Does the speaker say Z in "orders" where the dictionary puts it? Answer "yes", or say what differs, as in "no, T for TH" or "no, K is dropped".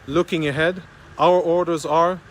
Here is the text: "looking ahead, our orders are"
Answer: yes